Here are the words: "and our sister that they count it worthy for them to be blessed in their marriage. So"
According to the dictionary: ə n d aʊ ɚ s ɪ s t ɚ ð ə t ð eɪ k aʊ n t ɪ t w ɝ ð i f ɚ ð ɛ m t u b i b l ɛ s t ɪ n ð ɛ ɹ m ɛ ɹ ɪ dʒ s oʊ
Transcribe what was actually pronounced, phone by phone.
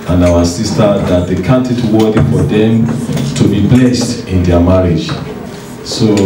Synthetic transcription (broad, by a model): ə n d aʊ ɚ s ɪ s t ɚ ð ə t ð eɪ k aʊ n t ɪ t w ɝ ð i f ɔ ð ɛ m t u b i b l ɛ s t ɪ n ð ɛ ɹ m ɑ ɹ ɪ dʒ s oʊ